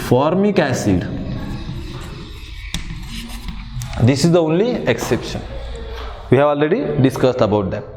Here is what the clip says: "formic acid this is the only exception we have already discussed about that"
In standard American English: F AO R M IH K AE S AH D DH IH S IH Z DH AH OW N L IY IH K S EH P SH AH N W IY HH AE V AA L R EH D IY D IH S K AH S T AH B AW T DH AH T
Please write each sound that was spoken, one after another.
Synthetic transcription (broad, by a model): F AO R M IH K AE S AH D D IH S IH Z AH OW N L IY IH K S EH P SH AH N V IY HH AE V AA L R EH D IY D IH S K AH S T AH B AW T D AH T